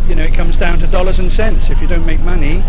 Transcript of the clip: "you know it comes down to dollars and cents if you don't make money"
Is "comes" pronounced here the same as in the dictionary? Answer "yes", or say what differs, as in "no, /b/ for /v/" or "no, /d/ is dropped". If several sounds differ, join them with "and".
yes